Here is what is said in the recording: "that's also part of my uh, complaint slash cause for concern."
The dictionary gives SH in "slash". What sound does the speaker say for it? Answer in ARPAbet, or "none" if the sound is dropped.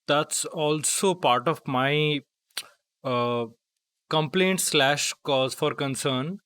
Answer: SH